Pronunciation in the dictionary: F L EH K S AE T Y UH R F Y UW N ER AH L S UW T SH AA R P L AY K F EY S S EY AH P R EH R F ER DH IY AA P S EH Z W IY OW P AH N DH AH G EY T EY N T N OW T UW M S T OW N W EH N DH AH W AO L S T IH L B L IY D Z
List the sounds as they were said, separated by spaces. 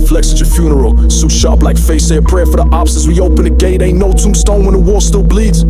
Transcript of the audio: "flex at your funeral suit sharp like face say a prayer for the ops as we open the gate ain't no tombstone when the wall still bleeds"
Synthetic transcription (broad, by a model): F L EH K S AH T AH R F Y UW N ER AH L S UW SH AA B L AY K F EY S S EY AH P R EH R F ER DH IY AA B S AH S W IY OW P AH N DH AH G EY T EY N N OW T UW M S T OW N W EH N DH AH W AO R S T IH L B L IY D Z